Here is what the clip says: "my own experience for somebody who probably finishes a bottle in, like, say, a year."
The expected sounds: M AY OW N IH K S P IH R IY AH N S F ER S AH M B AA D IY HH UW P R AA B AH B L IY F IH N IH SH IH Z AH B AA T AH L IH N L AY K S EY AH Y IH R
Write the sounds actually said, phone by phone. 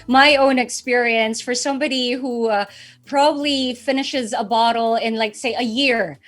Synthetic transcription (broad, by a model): M AY OW N IH K S P IH R IY AH N S F ER S AH M B AA D IY HH UW P R AA B AH B L IY F IH N IH SH IH Z AH B AA T L IH N L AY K S EY AH Y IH R